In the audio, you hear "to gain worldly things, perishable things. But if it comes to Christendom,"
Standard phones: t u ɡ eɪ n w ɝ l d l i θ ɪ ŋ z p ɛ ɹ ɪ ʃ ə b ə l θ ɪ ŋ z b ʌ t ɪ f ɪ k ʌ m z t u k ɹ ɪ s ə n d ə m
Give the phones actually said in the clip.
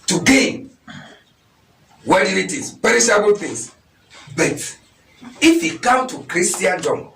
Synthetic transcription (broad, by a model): t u ɡ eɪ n w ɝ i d i t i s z p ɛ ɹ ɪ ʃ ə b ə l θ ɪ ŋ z b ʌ t ɪ f ɪ k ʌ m t u k ɹ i s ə n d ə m